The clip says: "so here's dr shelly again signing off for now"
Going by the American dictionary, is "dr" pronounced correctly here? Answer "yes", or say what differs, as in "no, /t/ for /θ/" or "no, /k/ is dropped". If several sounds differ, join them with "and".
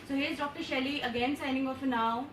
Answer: yes